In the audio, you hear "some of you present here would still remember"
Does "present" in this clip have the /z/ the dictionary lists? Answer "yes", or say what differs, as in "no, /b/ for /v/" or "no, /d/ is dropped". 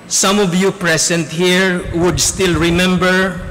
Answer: no, /s/ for /z/